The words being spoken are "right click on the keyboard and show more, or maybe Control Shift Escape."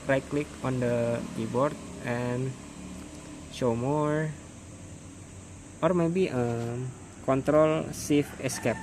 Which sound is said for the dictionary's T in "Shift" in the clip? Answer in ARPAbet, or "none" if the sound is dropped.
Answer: none